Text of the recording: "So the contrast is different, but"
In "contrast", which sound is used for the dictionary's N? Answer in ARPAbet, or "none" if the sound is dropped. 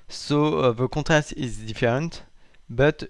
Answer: none